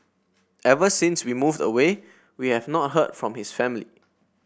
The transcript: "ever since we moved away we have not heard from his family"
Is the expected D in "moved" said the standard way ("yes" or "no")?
yes